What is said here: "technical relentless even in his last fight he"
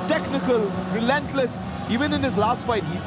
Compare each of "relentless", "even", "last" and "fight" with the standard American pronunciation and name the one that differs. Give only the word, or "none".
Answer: none